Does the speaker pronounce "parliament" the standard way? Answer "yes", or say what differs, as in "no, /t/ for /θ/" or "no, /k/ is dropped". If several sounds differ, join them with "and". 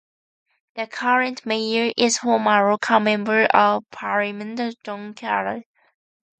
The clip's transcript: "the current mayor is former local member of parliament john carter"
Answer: no, /l/ is dropped